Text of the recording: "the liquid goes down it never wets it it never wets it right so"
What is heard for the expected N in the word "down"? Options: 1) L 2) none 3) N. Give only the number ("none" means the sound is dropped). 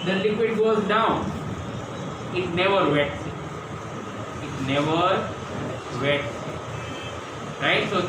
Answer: 2